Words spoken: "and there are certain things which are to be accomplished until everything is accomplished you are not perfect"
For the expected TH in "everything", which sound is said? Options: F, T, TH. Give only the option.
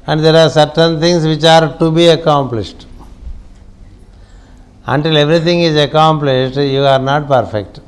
T